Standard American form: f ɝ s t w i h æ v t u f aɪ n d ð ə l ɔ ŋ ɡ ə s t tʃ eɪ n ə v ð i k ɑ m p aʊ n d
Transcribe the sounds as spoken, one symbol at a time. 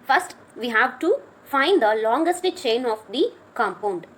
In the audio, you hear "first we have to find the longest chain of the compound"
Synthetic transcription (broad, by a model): f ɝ s t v i h æ v t u f aɪ n d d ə l ɔ ŋ ɡ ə s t tʃ eɪ n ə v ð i k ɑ m p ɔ n d